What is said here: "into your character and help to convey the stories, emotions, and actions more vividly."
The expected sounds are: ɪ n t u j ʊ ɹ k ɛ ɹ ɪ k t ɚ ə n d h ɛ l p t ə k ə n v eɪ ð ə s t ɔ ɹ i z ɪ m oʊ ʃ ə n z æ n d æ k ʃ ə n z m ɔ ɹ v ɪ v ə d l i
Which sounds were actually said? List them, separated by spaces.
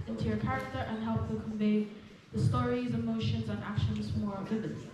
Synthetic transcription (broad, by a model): ɪ n t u j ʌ ɹ k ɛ ɹ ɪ k t ɚ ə n h ɛ l p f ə k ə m v eɪ ð ə s t ɔ ɹ i z ɪ m oʊ ʃ ə n z n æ k ʃ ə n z m ɔ ɹ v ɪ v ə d